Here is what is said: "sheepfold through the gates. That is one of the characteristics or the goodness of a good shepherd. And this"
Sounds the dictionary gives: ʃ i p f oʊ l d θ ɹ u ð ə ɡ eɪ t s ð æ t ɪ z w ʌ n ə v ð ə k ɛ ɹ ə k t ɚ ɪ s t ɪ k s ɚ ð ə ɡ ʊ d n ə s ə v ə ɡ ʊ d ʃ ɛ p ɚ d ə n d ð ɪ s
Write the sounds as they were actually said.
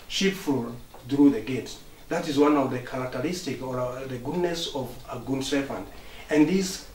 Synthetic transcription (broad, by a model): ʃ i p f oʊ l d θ ɹ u ð ə ɡ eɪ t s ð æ t ɪ z w ʌ n ə v ð ə k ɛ ɹ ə k t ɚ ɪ s t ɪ k ɚ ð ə ɡ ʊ d n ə s ə v ə ɡ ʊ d s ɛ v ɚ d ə n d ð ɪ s